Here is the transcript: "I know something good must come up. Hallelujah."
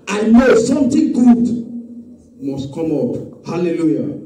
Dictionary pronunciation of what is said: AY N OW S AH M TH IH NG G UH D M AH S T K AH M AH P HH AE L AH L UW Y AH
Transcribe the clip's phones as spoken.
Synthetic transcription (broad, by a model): AY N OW S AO M T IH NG G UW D M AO S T K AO M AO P HH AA L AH L UW Y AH